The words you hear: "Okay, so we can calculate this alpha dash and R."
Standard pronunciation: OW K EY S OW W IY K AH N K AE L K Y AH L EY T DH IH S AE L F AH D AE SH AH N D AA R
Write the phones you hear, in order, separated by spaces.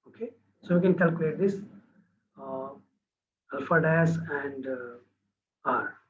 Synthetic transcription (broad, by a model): OW K EY S OW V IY K AH N K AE L K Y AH L EY T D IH S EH L F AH D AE S AH N D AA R